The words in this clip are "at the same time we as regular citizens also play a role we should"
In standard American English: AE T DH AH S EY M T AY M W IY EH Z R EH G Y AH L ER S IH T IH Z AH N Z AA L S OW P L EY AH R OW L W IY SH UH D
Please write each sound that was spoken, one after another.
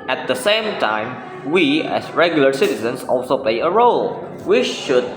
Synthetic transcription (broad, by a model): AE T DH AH S EY M T AY M W IY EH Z R EH G Y AH L ER S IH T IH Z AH N S AA L S OW P L EY AH R OW L W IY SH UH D